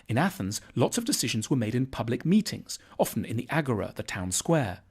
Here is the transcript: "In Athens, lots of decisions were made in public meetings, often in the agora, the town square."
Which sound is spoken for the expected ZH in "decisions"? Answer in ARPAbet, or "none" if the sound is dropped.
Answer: ZH